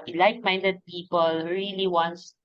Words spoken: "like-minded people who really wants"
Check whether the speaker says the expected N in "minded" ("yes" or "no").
yes